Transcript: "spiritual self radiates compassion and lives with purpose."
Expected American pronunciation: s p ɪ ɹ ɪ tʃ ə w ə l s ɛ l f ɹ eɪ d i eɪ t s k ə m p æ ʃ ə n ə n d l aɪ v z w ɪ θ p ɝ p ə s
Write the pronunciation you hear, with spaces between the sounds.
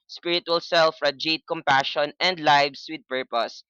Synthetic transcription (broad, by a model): s p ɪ ɹ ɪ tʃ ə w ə l s ɛ l f ɹ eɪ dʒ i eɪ t k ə m p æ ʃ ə n ə n d l aɪ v s w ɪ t p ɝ p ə s